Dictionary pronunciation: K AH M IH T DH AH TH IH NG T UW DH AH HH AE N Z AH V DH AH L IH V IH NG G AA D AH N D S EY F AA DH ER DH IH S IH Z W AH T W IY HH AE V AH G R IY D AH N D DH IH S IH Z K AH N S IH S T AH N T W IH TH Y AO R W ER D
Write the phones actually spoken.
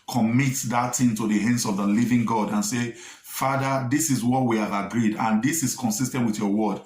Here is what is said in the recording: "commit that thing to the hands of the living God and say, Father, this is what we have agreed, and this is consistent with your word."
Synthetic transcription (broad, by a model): K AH M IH T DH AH T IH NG T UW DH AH HH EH N S AH V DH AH L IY V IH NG G AA D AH N S EY F AA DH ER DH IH S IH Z W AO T W IY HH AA V AH G R IY D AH N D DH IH S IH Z K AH N S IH S T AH N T W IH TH Y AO W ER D